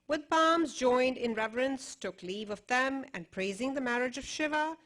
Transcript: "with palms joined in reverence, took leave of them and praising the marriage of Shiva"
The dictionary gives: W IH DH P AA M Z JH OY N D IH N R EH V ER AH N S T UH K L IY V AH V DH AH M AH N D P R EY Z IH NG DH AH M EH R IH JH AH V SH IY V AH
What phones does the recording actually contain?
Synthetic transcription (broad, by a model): W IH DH P AA M Z JH OY N D IH N R EH V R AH N S T UH K L IY V AH V DH AH M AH N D P R EY Z IH NG DH AH M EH R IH JH AH V SH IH V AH